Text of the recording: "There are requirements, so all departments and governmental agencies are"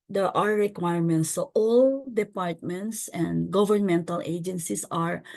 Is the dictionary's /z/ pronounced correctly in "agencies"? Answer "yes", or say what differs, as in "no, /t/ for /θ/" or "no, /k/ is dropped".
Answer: no, /s/ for /z/